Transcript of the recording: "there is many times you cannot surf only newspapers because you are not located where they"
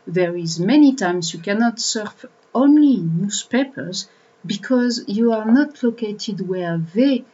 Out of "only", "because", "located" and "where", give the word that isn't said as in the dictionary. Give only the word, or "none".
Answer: none